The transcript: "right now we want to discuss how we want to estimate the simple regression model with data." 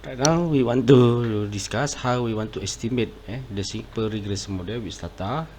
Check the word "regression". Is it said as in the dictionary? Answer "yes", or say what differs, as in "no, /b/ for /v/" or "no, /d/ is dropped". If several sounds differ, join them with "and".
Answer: no, /s/ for /ʃ/